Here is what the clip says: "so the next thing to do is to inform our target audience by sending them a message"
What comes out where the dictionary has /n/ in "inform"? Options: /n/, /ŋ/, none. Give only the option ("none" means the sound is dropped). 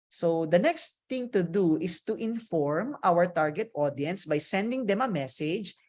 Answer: /n/